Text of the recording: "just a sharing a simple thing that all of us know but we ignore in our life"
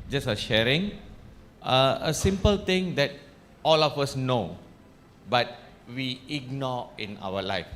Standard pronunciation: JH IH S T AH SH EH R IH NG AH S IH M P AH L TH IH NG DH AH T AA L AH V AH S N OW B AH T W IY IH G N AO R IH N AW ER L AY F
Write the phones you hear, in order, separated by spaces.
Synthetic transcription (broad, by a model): JH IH S AH SH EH R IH NG AH S IH M P AH L T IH NG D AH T AA L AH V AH S N OW B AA T W IY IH G N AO IH N AW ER L AY F